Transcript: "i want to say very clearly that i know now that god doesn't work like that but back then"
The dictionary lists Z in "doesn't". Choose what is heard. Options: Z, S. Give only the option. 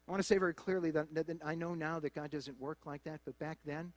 Z